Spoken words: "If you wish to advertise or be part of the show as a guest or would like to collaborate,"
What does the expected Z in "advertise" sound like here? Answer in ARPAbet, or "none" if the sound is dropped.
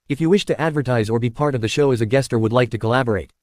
Z